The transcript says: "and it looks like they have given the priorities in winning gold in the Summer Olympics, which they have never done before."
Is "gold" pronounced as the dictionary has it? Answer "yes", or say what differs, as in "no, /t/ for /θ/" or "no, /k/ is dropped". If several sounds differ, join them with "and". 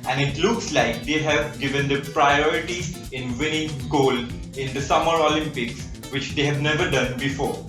no, /d/ is dropped